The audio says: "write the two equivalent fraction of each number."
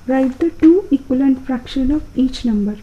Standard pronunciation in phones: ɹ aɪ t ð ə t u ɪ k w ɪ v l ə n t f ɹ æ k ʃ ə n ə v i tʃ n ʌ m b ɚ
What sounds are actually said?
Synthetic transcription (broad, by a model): ɹ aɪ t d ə t u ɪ k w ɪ l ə n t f ɹ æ k ʃ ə n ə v i tʃ n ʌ m b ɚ